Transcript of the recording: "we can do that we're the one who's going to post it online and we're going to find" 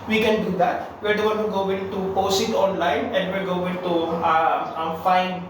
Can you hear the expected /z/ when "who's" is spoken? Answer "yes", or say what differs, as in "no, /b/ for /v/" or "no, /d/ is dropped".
no, /z/ is dropped